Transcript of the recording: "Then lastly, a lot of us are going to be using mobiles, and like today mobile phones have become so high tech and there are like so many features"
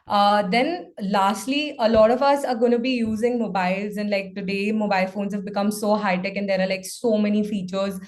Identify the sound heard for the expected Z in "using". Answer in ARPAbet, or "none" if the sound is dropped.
Z